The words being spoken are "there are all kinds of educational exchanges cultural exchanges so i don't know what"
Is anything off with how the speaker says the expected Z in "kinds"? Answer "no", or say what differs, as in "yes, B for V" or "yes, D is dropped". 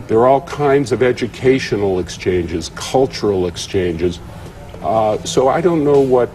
no